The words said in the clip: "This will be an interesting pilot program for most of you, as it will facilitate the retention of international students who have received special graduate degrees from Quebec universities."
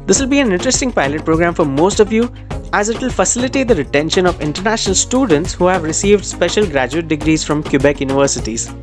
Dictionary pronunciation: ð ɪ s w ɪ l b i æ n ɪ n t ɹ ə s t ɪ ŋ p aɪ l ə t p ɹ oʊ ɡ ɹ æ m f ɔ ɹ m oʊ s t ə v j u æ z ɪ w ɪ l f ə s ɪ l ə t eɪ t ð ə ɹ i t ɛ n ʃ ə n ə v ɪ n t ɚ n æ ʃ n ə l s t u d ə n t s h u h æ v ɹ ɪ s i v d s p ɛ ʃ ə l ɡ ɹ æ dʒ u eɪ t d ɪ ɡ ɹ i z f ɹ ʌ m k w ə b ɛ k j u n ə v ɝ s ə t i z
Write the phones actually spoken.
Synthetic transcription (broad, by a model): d ɪ s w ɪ l b i æ n ɪ n t ɹ ə s t ɪ ŋ p aɪ l ə t p ɹ oʊ ɡ ɹ æ m f ɔ ɹ m oʊ s t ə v j u æ z ɪ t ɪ l f ə s ɪ l ə t eɪ t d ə ɹ i t ɛ n ʃ ə n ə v ɪ n t ɚ n æ ʃ n ə l s t u d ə n t s h u h æ v ɹ ɪ s i v d s p ɛ ʃ ə l ɡ ɹ æ dʒ u eɪ t d ɪ ɡ ɹ i z f ɹ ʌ m k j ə b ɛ k j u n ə v ɝ s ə t i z